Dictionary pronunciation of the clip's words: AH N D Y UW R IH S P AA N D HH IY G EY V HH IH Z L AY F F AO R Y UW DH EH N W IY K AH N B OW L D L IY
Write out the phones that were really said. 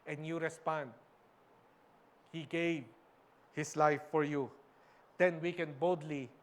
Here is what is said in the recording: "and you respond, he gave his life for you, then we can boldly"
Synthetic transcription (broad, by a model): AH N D Y UW R IH S P AA N D HH IY G EY V HH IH S L AY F F AO R Y UW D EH N W IY K AH N B OW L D L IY